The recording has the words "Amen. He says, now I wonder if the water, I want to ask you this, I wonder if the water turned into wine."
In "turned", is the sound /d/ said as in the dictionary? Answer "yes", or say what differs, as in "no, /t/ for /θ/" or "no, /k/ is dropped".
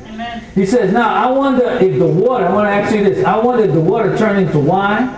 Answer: no, /d/ is dropped